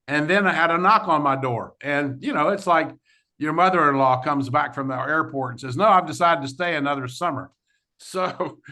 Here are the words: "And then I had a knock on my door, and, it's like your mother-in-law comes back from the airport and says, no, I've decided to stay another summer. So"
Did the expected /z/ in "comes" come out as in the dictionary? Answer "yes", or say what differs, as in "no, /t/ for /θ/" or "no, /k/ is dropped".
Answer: yes